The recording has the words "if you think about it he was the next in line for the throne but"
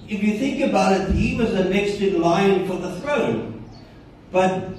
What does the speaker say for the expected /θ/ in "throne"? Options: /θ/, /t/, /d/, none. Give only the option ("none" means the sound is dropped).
/θ/